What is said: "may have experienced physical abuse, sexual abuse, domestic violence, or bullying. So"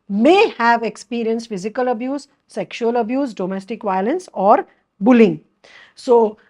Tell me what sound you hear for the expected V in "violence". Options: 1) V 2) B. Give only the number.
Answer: 1